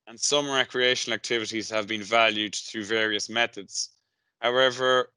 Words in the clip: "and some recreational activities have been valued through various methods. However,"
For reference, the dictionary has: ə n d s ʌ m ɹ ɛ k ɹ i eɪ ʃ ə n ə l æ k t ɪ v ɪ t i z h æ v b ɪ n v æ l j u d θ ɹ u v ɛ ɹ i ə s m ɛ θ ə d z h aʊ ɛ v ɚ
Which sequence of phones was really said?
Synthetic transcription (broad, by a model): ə n s ʌ m ɹ ɛ k ɹ i eɪ ʃ ə n ə l æ k t ɪ v ɪ t i z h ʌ v b ɪ n v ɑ l j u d θ ɹ u v ɛ ɹ i ə s m ɛ θ ə d z h aʊ ɛ v ɚ